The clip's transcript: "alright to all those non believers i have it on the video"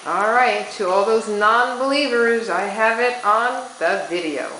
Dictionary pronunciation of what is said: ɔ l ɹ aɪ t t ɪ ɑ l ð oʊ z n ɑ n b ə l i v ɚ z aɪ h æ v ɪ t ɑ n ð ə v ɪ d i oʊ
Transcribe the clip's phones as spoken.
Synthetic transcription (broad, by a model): ɔ l ɹ aɪ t t ɪ ɑ l ð oʊ z n ɑ n b ə l i v ɚ z aɪ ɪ v ɪ t n ð ə v ɪ d i oʊ